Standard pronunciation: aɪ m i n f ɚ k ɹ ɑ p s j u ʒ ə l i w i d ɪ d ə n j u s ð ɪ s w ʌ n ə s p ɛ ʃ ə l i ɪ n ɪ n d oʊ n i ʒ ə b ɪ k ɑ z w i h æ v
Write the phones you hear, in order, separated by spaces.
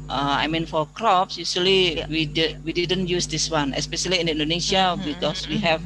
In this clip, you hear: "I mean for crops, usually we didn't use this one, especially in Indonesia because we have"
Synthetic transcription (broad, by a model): aɪ m i n f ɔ k ɹ ɑ p s j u s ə l i w i d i d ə n j u s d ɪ s w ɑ n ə s p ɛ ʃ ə l i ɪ n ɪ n d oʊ n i s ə b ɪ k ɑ s w i h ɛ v